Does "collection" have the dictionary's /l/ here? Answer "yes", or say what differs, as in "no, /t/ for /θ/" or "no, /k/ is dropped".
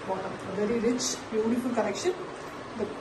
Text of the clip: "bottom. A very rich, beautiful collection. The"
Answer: no, /n/ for /l/